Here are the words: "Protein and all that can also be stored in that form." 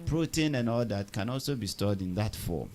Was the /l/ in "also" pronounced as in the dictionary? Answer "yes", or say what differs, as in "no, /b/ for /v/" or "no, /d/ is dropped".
yes